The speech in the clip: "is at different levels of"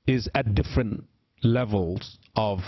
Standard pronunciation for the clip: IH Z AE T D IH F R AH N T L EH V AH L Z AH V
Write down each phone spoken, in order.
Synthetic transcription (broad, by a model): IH Z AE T D IH F R AH N T L EH V AH L Z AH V